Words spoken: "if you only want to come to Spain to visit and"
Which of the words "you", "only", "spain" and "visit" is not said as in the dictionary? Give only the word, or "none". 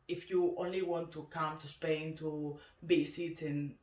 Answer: visit